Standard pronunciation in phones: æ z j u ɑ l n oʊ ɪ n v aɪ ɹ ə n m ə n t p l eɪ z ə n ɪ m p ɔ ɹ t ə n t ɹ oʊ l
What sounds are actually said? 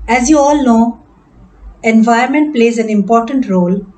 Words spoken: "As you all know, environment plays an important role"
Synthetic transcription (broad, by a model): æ z j u ɑ l n oʊ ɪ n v aɪ ə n m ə n t p l eɪ z ə n ɪ m p ɔ ɹ t ə n t ɹ oʊ l